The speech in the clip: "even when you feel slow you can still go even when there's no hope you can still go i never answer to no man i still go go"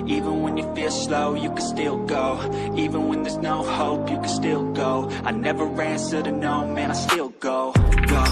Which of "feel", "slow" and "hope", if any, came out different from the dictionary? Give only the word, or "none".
none